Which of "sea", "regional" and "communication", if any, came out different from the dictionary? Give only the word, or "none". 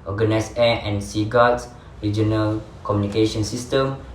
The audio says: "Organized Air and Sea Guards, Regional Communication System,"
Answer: none